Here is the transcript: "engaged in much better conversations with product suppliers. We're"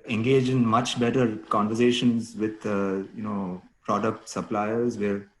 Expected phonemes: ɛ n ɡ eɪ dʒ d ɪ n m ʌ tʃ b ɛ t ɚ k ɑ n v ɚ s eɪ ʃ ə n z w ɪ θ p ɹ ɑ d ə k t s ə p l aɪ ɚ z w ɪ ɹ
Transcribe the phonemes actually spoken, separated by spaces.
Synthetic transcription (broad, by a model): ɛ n ɡ eɪ dʒ ɪ n m ʌ tʃ b ɛ t ɚ k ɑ n v ɚ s eɪ ʃ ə n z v ɪ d p ɹ ɑ d ə k t s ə p l aɪ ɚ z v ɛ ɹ